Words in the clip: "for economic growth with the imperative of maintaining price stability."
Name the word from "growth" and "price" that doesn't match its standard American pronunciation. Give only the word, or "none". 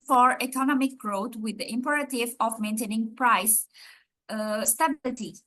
growth